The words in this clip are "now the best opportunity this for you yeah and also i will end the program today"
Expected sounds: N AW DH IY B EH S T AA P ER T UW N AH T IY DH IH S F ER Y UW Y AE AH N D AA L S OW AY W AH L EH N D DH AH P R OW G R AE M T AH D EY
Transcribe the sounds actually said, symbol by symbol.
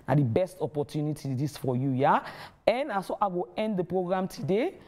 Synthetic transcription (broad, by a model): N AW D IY B EH S T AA P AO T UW N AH T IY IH S F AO Y UW Y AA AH N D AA S OW AY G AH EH N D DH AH P R OW G R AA M T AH D EY